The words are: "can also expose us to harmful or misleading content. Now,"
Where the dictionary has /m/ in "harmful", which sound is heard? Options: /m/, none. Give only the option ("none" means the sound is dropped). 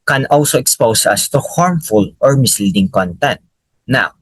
/m/